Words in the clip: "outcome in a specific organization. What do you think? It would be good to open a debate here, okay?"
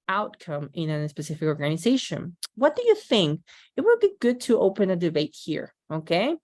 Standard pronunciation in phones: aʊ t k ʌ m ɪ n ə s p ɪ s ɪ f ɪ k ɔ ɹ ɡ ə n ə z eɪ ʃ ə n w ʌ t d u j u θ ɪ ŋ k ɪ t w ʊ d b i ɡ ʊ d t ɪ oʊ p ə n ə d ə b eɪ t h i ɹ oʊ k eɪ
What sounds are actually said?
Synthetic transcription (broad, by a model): aʊ t k ʌ m ɪ n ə s p ɪ s ɪ f ɪ k ɔ ɹ ɡ ə n ə z eɪ ʃ ə n w ʌ t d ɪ j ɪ θ ɪ ŋ k ɪ t w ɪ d b i ɡ ʊ d t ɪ oʊ p ə n ə d ə b eɪ t h i ɹ oʊ k eɪ